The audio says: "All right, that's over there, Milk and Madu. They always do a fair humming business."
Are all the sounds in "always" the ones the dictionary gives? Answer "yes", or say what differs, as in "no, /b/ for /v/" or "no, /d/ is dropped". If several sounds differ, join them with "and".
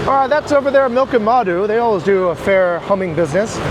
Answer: yes